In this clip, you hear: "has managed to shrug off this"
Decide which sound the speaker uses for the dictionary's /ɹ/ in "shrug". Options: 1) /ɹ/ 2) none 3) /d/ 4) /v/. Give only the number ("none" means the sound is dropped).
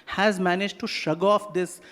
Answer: 2